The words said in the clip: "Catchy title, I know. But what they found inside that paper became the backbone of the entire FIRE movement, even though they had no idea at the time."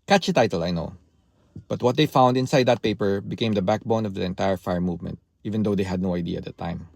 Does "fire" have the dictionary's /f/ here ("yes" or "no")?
yes